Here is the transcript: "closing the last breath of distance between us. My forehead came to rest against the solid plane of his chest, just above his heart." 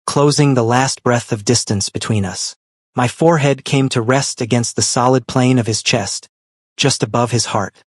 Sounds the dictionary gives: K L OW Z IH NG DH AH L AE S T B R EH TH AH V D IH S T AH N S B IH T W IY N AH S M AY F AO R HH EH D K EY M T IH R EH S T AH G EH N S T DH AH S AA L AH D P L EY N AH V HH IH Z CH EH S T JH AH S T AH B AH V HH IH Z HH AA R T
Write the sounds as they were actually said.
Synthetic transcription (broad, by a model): K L OW Z IH NG DH AH L AE S T B R EH TH AH V D IH S T AH N S B IH T W IY N AH S M AY F AO R HH EH D K EY M T IH R EH S T AH G EH N S T DH AH S AA L AH D P L EY N AH V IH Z CH EH S T JH AH S T AH B AH V IH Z HH AA R T